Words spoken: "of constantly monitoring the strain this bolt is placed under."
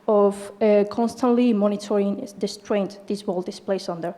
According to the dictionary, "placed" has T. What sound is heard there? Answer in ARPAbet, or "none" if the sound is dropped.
none